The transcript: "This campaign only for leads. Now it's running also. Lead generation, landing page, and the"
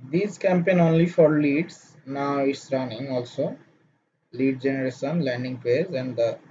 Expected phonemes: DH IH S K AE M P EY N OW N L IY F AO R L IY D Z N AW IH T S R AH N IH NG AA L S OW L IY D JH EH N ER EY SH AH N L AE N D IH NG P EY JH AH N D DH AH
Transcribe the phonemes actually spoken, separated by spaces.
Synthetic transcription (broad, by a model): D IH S K AE M P EY N OW N L IY F AO R L IY D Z N AW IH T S R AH N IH NG AA L S OW L IY D JH EH N ER EY SH AH N L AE N D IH NG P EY Z AH N D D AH